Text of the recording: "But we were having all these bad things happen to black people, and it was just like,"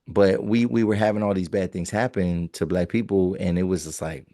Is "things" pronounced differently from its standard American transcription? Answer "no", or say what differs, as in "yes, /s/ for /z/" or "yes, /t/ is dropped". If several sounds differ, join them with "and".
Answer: no